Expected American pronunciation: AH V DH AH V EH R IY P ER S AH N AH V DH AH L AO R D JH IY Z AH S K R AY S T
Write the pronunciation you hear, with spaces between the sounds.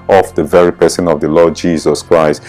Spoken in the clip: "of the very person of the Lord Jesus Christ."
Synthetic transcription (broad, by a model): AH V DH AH V EH R IY P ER S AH N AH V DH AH L AO D JH IY Z AH S K R AY S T